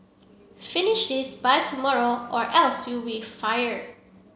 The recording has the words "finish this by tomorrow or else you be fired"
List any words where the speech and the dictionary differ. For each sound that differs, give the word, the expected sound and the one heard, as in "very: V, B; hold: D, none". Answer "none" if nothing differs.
fired: D, none